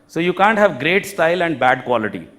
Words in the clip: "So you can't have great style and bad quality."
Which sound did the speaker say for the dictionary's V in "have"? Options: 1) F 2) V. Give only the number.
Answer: 2